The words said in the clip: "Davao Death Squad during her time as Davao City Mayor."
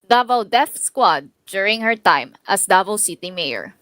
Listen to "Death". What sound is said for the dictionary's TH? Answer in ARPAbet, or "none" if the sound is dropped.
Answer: F